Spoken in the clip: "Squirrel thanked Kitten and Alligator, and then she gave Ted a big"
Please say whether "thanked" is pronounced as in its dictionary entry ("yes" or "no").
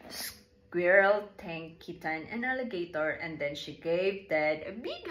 no